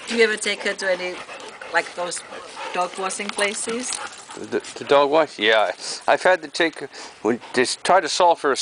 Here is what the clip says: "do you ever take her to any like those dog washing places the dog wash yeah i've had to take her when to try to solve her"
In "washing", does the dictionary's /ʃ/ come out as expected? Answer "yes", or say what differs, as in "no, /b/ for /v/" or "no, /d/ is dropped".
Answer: no, /s/ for /ʃ/